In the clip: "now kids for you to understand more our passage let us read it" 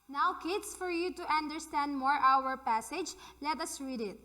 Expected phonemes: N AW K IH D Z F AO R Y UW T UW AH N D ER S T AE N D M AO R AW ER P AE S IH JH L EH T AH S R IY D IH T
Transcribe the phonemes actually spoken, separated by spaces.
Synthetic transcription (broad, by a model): N AW K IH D S F AO R Y UW T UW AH N D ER S T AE N D M AO R AW ER P AE S IH JH L EH T AH S R IY D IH T